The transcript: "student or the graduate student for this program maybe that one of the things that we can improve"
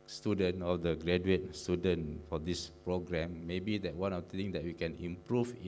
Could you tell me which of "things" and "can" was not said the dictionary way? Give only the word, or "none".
things